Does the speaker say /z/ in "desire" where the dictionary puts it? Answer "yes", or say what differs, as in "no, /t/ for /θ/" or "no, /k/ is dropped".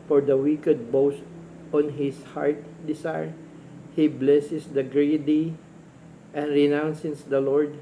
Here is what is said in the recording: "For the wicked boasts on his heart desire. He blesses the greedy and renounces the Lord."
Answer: no, /s/ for /z/